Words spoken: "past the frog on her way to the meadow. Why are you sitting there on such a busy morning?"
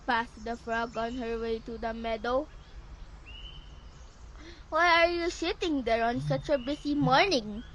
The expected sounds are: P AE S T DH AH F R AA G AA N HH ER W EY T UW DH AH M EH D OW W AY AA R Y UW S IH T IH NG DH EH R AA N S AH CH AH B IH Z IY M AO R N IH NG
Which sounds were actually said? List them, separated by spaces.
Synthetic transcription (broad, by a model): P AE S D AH F R AA G AA N HH ER W EY T UW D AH M EH D OW W AY AA R Y UW S IH T IH NG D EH R AA N S AH CH AH B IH S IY M AO R N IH NG